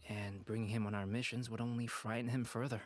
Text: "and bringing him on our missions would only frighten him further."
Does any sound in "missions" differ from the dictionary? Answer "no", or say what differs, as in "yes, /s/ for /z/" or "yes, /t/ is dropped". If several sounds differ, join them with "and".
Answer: no